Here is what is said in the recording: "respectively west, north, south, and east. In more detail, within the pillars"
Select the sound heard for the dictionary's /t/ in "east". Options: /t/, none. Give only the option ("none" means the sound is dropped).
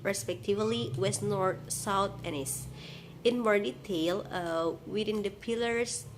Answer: none